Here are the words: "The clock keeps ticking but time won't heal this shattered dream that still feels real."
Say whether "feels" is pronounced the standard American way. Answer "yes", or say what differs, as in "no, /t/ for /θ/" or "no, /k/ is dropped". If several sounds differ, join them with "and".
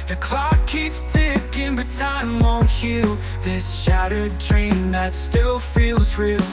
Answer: yes